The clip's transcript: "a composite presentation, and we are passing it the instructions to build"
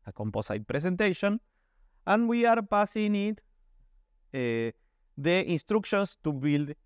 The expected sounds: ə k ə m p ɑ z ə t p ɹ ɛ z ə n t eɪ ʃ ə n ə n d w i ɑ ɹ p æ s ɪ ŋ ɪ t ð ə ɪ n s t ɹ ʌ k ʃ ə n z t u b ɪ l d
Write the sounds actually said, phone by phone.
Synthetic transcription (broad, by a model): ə k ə m p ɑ s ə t p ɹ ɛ s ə n t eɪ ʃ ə n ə n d w i ɑ ɹ p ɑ s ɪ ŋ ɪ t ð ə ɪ n s t ɹ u k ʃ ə n s t u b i l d